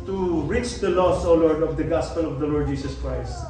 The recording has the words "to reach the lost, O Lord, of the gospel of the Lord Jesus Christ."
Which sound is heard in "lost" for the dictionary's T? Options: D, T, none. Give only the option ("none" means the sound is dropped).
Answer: none